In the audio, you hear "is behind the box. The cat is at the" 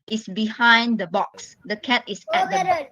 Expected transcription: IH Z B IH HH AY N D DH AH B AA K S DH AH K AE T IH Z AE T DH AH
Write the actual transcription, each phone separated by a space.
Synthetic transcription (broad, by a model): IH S B IH HH AY N D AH B AA K S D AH K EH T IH S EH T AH